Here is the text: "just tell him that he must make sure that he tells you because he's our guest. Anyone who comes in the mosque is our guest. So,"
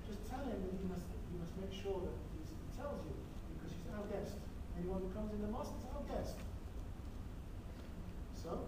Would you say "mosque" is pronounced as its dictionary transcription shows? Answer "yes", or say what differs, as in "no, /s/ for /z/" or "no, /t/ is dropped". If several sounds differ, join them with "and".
no, /k/ is dropped